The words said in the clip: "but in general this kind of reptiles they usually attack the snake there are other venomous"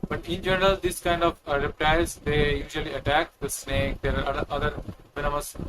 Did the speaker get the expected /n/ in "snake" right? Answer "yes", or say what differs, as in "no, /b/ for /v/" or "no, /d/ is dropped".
yes